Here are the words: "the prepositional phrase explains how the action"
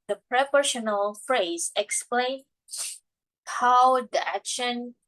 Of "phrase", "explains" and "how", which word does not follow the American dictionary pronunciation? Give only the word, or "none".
explains